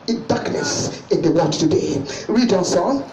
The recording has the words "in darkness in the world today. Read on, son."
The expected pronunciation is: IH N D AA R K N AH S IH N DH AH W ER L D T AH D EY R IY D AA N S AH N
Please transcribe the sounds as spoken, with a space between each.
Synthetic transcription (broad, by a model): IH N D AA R K N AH S IH N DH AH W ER D T AH D EY R IY D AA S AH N